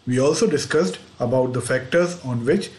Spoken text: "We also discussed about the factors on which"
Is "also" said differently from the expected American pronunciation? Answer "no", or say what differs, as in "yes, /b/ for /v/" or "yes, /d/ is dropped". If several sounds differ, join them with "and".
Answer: no